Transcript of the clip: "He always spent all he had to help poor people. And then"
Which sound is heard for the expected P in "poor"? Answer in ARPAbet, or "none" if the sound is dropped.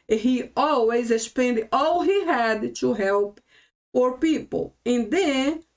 F